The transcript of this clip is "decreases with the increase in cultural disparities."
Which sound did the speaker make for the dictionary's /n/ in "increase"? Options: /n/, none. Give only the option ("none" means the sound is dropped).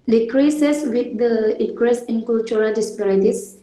none